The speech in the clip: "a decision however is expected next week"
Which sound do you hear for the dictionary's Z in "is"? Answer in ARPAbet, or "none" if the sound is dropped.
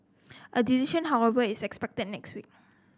S